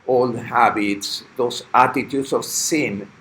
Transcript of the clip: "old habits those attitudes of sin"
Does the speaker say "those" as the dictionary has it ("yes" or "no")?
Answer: no